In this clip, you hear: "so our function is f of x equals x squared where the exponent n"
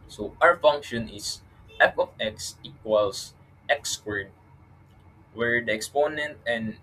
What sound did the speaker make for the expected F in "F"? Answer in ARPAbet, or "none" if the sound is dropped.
P